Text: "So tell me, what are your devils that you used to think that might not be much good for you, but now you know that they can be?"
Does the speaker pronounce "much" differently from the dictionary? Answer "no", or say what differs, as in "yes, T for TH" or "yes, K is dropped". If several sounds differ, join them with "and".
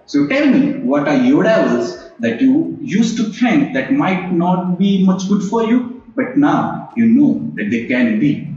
no